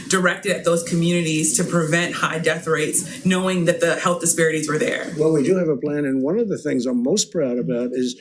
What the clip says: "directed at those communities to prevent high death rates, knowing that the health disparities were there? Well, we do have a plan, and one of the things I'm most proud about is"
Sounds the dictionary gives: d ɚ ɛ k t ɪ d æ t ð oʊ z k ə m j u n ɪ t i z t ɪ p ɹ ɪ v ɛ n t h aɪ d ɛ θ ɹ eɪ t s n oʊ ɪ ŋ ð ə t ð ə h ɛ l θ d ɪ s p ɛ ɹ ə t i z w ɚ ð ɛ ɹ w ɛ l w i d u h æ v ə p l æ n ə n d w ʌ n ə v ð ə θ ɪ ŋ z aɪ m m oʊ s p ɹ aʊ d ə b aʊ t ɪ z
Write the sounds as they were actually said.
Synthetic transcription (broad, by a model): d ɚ ɛ k t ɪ d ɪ t ð oʊ z k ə m j u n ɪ t i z t ɪ p ɹ ɪ v ɛ n t h aɪ d ɛ θ ɹ eɪ t s n oʊ ɪ ŋ ð ə t ð ə h ɛ l θ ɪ s p ɛ ɹ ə t i z w ɚ ð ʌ ɹ w ɛ l w i d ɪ v ə p l æ n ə n w ʌ n ə v ð ə θ ɪ ŋ z aɪ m m oʊ s p ɹ aʊ d ə b aʊ t ɪ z